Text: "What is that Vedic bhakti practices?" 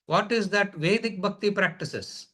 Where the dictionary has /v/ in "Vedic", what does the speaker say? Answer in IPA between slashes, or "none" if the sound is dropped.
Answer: /v/